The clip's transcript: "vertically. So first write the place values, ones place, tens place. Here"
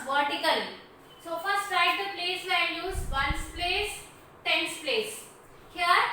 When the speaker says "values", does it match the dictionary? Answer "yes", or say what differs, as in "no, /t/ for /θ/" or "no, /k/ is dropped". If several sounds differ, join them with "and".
no, /n/ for /l/